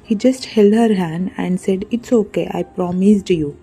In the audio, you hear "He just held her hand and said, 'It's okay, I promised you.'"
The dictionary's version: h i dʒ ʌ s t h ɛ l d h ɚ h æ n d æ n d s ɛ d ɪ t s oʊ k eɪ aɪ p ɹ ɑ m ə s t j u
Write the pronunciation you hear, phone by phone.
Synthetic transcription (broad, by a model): h i dʒ ʌ s t h ɛ l d h ɚ h æ n d æ n d s ɛ d ɪ t s oʊ k eɪ aɪ p ɹ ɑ m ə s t j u